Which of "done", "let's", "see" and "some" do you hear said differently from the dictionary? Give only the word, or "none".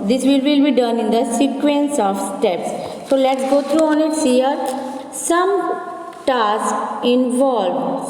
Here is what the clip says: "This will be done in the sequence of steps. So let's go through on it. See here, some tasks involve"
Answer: none